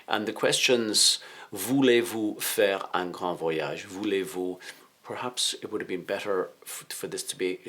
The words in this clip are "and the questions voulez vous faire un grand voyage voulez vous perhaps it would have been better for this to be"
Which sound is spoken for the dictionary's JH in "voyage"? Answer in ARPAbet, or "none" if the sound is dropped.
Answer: ZH